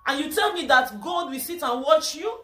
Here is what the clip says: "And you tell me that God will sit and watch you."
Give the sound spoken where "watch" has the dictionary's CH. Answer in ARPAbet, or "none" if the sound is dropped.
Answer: CH